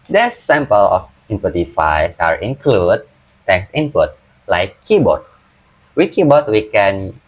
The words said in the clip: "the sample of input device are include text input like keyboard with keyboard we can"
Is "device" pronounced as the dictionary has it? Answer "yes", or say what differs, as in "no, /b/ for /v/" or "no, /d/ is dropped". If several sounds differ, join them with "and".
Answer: no, /f/ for /v/